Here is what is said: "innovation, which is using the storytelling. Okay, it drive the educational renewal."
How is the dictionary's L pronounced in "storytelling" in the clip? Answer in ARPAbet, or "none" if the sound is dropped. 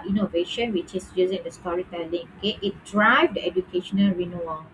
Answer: L